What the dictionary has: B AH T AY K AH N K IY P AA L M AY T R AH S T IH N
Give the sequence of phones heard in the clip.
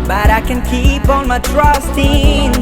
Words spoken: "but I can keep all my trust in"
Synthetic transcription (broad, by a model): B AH T AY K AH N K IY P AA N M AY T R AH S T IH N